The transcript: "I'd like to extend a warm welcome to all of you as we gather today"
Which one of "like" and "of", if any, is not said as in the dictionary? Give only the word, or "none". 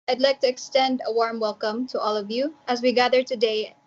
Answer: none